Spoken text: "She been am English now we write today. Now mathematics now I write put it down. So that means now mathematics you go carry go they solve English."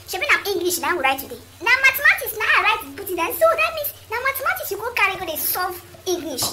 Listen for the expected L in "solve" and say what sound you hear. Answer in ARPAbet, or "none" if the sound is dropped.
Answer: none